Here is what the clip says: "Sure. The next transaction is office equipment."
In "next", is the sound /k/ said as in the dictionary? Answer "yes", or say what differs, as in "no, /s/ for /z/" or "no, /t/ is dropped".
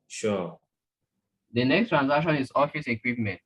yes